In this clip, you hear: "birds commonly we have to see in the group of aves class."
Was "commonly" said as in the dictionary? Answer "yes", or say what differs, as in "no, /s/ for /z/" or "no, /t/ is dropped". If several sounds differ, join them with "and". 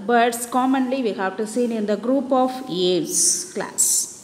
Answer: yes